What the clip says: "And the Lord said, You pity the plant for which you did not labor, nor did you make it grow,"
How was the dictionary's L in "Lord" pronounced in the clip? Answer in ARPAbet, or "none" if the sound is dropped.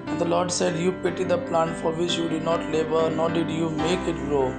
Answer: L